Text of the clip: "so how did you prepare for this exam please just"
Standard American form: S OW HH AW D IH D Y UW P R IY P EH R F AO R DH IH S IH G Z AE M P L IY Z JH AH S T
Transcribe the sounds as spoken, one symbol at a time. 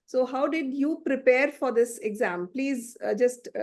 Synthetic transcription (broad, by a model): S OW HH AW D IH D Y UW P R IY P EH R F AO R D IH S IH G Z AE M P L IY Z JH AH S T